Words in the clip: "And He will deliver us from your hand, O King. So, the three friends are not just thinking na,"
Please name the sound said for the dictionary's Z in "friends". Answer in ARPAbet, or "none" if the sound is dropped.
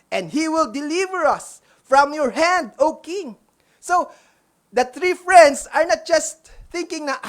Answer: S